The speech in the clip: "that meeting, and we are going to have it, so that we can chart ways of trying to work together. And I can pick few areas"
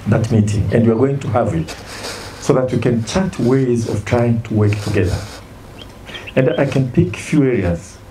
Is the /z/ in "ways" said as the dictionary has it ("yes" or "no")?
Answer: yes